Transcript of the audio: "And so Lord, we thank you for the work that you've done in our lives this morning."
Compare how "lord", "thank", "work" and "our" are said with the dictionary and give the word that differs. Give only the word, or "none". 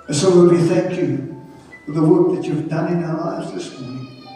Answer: lord